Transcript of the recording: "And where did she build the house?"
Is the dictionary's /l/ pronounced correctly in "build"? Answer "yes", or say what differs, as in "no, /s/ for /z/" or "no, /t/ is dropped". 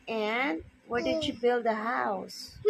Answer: yes